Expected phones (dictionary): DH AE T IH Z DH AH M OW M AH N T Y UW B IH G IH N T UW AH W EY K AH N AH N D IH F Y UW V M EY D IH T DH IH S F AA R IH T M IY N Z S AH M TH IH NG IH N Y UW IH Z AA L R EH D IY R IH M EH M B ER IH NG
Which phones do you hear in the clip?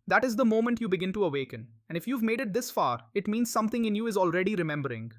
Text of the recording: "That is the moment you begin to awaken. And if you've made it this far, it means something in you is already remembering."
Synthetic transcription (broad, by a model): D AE T IH Z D AH M OW M AH N T Y UW B IH G IH N T UW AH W EY K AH N AH N D IH F Y UW V M EY D IH T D IH S F AA R IH T M IY N Z S AH M T IH NG IH N Y UW IH Z AA L R EH D IY R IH M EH M B ER IH NG